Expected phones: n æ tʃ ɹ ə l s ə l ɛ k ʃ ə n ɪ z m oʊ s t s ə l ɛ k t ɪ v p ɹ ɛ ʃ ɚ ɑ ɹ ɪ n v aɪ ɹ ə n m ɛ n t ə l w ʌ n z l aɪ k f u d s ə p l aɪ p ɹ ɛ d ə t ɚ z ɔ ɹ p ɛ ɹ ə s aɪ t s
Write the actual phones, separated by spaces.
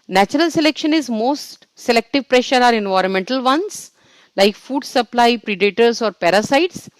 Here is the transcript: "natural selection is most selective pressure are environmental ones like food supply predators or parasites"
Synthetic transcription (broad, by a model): n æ tʃ ɹ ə l s ə l ɛ k ʃ ə n ɪ z m oʊ s t s ə l ɛ k t ɪ v p ɹ ɛ ʃ ɚ ɑ ɹ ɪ n v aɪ ɹ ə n m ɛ n t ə l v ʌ n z l aɪ k f u d s ə p l aɪ p ɹ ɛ d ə t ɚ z ɔ ɹ p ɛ ɹ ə s aɪ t s